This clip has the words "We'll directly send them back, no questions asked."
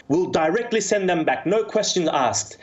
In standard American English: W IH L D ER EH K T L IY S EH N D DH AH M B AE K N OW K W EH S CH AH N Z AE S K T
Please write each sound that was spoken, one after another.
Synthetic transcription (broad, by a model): W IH L D ER EH K T L IY S EH N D DH AH M B AE K N OW K W EH S CH AH N Z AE S K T